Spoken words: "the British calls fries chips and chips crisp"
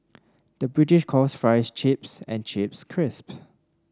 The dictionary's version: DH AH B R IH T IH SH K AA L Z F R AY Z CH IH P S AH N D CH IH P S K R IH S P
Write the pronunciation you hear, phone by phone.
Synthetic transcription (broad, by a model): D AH B R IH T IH SH K AA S F R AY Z CH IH P S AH N CH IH P S K R IH S P